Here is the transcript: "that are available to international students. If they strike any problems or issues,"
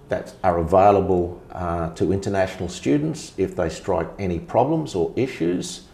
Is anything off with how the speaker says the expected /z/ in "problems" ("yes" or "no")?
no